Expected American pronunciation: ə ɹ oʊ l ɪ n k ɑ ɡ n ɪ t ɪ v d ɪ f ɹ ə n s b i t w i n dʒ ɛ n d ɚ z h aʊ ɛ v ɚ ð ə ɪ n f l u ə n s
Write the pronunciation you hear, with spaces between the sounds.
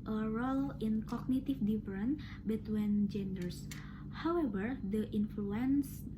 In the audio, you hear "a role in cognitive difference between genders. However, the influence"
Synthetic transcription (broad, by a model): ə ɹ oʊ l ɪ n k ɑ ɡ n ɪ t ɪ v d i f ɹ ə n b i t w i n dʒ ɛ n d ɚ s h aʊ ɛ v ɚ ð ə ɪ n f l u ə n s